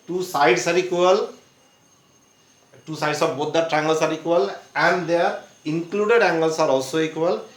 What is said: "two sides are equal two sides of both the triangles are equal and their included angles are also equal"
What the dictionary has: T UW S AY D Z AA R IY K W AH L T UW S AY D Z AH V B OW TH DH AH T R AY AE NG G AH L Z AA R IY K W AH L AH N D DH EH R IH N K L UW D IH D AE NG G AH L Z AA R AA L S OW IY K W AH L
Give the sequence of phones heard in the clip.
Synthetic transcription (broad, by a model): T UW S AY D S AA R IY K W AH L T UW S AY D S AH P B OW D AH T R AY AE NG G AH L S AA R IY K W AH L AH N D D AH R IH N K L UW D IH D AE NG G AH L S AA R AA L S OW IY K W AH L